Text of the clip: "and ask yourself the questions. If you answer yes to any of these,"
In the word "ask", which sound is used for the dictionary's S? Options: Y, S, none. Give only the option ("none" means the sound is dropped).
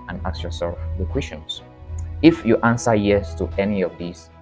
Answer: none